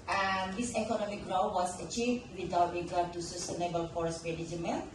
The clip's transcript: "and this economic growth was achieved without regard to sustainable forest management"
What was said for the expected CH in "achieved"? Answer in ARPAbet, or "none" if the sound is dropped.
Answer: CH